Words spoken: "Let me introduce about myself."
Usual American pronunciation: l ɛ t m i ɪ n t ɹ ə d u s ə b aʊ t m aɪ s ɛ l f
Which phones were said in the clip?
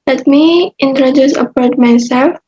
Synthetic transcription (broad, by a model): l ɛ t m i ɪ n t ɹ ə d u s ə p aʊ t m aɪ s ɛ l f